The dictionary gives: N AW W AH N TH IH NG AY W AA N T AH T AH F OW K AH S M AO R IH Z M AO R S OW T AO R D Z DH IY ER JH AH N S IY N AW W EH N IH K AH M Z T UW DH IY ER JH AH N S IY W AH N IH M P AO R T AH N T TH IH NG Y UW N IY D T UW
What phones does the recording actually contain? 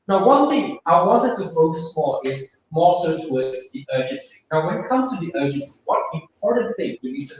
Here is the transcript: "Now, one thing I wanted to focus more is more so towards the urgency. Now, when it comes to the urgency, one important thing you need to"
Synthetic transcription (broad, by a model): N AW W AH N TH IH NG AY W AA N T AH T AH F OW K AH S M AO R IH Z M AO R S OW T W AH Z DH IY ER JH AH N S IY N AW W EH N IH K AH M T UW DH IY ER JH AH N S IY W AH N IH M P AO R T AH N TH IH NG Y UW N IY D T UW